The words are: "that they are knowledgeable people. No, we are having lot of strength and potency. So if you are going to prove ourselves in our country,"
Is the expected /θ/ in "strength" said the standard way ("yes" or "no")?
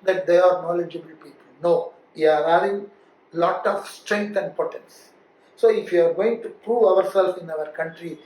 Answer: no